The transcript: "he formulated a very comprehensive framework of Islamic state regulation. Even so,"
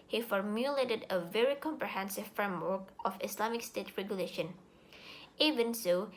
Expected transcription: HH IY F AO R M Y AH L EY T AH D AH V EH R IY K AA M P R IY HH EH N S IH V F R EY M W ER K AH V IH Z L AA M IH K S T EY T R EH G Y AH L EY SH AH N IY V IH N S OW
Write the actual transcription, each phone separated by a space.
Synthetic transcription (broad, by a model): HH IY F AO R M Y AH L EY T AH D AH V EH R IY K AA M P R IY HH EH N S IH V F R EY M W ER K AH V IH S L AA M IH K S T EY T R EH G Y AH L EY SH AH N IY V IH N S OW